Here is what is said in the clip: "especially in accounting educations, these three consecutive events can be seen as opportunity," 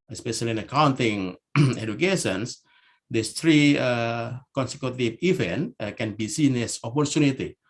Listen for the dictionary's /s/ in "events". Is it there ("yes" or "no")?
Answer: no